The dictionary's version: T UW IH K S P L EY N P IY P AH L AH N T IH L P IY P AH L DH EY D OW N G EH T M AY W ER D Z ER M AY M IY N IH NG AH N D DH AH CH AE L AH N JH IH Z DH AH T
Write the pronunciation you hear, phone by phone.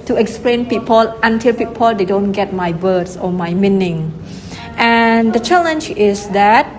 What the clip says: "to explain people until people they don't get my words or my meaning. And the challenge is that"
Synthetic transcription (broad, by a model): T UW IH K S P L EY N P IY P AH L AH N T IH L P IY P AH L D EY D OW N G EH T M AY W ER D S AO M AY M IY N IH NG AH N D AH CH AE L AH N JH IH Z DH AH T